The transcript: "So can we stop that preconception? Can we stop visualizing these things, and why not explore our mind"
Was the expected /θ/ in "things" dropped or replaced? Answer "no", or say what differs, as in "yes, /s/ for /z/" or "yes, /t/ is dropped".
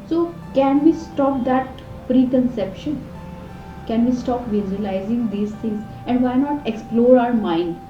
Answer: yes, /t/ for /θ/